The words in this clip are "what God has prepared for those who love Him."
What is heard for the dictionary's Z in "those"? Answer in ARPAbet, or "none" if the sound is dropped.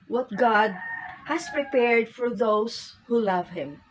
S